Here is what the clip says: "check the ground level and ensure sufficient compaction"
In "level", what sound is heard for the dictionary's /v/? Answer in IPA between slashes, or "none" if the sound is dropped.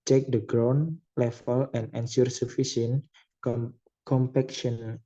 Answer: /f/